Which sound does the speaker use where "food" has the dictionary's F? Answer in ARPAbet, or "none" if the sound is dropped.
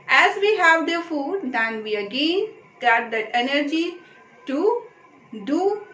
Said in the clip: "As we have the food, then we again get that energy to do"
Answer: F